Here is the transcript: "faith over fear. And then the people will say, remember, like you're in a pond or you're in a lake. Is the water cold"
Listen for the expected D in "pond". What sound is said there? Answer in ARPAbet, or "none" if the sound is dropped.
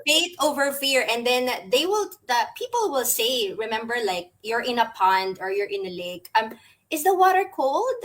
D